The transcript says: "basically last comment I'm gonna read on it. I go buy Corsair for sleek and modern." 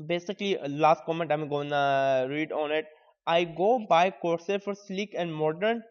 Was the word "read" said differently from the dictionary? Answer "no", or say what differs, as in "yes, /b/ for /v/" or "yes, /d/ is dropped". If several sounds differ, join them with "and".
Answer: no